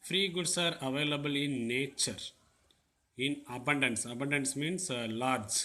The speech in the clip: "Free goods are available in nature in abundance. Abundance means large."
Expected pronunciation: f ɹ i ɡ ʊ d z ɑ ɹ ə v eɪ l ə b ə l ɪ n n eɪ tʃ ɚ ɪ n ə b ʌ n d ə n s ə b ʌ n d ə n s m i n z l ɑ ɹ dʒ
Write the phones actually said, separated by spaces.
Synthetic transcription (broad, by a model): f ɹ i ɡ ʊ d s ɑ ɹ ə v eɪ l ə b ə l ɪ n n eɪ tʃ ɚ ɪ n ə b ʌ n d ə n s ə b ʌ n d ə n s m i n s l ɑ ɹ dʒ